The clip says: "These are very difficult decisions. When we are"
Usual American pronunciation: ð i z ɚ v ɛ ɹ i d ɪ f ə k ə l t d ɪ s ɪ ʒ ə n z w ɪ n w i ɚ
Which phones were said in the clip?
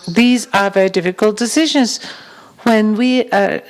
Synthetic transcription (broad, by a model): ð i z ɚ v ɛ ɹ i d ɪ f ə k ə l t d ɪ s ɪ ʒ ə n z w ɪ n w i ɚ